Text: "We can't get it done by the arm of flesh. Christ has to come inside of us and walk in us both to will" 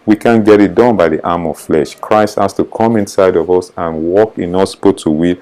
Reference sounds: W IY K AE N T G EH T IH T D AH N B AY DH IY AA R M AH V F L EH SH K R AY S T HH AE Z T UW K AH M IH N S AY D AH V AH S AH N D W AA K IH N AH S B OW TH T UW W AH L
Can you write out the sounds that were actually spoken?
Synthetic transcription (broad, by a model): W IY K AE N G EH T IH T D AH N B AY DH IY AA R M AH V F L EH SH K R AY S T HH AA S T UW K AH M IH N S AY D AH V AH S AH N W AA K IH N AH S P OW T UW W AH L